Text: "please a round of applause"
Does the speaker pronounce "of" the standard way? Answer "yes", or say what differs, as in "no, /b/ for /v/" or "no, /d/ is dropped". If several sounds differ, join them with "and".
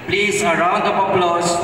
no, /p/ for /v/